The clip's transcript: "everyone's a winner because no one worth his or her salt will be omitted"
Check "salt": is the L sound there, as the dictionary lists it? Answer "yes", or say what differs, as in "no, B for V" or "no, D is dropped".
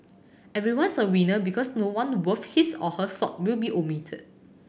no, L is dropped